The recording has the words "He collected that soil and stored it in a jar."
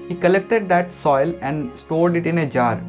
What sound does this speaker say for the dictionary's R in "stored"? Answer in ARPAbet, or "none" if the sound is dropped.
L